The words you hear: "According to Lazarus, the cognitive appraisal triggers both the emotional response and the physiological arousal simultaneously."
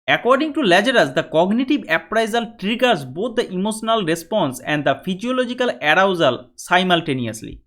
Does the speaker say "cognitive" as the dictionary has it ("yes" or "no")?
no